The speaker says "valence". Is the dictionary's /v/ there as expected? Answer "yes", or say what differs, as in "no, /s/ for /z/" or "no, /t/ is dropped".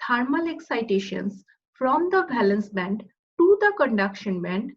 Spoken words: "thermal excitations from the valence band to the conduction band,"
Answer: no, /b/ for /v/